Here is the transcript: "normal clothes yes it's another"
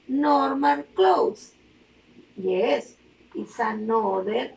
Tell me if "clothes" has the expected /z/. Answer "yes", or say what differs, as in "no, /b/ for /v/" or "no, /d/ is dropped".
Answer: no, /s/ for /z/